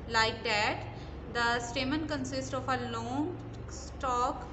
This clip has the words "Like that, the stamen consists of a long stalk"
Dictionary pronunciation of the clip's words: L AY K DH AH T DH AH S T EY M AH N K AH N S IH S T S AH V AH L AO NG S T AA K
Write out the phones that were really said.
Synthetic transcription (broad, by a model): L AY K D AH T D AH S T EY M AH N K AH N S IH S T AH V AH L AO NG S T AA K